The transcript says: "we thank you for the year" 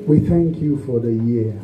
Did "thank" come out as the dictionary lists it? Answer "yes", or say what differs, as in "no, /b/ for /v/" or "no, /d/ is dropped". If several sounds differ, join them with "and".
yes